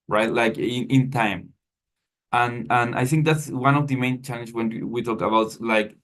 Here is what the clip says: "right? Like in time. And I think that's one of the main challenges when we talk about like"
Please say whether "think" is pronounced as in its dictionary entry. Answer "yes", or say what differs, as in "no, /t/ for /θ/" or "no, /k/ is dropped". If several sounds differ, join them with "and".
yes